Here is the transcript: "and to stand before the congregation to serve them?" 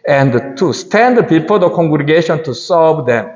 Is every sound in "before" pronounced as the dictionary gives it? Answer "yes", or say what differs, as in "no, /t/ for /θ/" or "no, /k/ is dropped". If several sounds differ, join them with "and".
no, /p/ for /f/